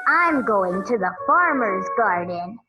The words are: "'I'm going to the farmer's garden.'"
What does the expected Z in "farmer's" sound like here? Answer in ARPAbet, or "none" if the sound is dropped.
Z